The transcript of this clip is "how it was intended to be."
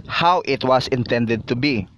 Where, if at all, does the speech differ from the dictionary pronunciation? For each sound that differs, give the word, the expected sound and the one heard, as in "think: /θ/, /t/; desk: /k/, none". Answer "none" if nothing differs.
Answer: was: /z/, /s/